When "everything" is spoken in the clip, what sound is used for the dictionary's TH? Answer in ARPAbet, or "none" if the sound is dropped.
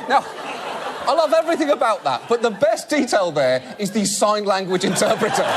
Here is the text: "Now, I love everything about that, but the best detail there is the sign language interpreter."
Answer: TH